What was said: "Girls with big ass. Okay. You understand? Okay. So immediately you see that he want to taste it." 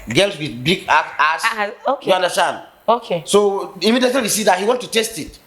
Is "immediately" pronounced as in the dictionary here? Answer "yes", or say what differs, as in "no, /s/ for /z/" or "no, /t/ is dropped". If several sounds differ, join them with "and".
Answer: no, /l/ is dropped